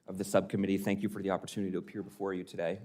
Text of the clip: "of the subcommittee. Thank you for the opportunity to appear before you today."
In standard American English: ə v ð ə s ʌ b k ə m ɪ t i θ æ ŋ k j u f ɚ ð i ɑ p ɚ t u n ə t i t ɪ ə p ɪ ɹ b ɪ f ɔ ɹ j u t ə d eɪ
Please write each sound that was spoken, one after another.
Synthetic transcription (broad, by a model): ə v ð ə s ʌ b k ə m ɪ t i θ æ ŋ k j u f ɚ ð i ɑ p ɚ t u n ə t i t ɪ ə p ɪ ɹ b ɪ f ɔ ɹ j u t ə d eɪ